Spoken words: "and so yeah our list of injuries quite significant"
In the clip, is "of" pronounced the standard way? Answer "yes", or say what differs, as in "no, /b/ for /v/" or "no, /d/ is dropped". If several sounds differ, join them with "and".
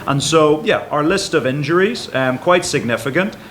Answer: yes